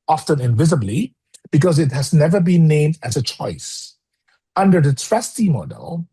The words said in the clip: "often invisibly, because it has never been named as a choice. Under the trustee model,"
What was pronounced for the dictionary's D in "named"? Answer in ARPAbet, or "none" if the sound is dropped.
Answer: D